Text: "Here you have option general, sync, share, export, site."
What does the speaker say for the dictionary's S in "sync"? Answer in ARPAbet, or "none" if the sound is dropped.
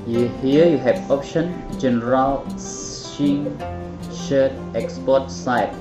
SH